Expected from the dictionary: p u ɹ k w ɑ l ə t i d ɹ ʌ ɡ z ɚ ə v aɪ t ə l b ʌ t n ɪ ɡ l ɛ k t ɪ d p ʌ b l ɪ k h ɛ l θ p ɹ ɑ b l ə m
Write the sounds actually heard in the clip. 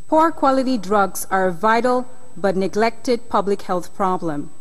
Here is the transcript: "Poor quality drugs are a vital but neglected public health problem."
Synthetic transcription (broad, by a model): p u ɹ k w ɑ l ə t i d ɹ ʌ ɡ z ɚ ə v aɪ t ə l b ʌ t n ɪ ɡ l ɛ k t ɪ d p ʌ b l ɪ k h ɛ l θ p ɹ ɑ b l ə m